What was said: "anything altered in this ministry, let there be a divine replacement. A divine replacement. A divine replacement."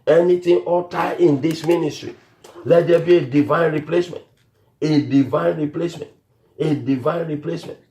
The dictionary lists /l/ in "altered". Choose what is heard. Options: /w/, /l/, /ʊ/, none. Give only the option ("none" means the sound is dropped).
none